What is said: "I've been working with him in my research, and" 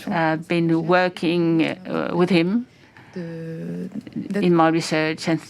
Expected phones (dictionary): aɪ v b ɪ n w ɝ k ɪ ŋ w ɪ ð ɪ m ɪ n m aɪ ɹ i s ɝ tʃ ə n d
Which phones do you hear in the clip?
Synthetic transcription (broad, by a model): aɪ b ɪ n w ɝ k ɪ ŋ w ɪ ð ɪ m ɪ n m aɪ ɹ i s ɝ tʃ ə n